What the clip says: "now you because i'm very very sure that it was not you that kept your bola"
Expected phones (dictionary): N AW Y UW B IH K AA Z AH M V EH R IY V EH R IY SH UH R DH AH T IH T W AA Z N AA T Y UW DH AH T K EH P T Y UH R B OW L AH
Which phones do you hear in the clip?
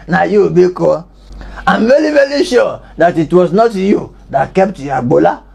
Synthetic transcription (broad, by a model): N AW Y UW B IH K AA AH M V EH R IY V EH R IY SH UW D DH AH T IH T W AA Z N AA T Y UW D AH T K EH P T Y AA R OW L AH